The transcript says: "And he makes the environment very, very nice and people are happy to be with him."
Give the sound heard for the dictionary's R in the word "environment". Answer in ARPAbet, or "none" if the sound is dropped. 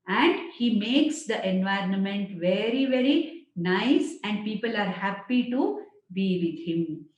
R